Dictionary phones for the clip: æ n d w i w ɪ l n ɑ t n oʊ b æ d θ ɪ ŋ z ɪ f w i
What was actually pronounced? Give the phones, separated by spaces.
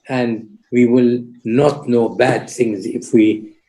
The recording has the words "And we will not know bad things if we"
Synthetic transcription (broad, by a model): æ n d w i w ɪ l n ɑ t n oʊ b æ d θ ɪ ŋ z ɪ f w i